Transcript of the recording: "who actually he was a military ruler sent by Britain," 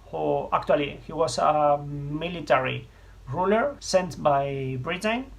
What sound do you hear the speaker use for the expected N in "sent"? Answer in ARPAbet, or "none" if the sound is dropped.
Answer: N